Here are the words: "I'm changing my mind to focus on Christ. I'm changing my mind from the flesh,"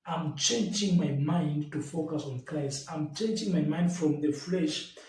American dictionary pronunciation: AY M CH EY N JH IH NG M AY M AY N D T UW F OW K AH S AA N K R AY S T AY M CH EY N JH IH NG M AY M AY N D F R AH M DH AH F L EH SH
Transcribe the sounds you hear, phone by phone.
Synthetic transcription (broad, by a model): AY M CH EY N JH IH NG M AY M AY N D T UW F OW K AH S AA N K AY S AY M CH EY N JH IH NG M AY M AY N D F R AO M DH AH F L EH SH